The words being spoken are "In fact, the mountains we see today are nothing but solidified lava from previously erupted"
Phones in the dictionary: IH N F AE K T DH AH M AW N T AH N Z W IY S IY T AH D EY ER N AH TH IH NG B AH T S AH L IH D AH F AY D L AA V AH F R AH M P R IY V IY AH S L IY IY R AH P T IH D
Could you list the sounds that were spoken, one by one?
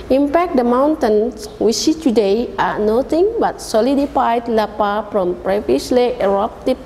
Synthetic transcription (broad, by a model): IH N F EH K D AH M AW N T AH N S W IY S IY T AH D EY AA N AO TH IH NG B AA T S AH L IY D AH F AY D L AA P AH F R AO M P R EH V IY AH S L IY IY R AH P T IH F